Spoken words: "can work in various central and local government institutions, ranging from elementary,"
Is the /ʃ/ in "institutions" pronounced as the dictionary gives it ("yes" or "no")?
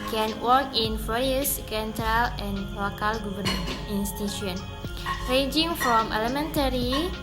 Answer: no